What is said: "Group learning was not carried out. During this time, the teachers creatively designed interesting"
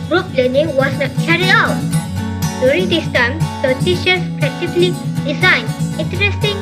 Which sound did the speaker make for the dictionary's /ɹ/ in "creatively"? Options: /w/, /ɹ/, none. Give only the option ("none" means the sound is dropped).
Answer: none